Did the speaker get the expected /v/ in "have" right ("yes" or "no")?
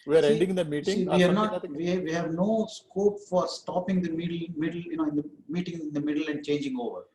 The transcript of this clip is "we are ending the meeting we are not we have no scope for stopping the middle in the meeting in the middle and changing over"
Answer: yes